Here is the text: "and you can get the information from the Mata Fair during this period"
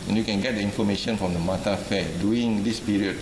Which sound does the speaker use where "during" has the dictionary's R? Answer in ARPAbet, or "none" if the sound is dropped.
none